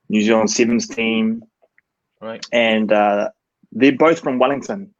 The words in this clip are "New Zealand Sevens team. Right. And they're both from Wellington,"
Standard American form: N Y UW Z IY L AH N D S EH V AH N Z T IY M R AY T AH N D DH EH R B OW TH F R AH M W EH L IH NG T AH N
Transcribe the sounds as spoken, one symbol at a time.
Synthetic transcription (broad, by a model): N Y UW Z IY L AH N S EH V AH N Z T IY M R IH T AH N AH DH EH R B OW TH F R AH M W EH L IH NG T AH N